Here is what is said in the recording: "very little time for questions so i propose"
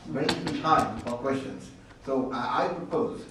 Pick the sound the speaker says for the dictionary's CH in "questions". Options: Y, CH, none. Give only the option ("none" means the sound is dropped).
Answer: CH